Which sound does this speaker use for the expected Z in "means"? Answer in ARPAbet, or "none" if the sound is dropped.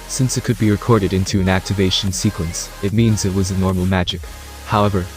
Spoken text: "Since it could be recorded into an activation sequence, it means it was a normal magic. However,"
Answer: Z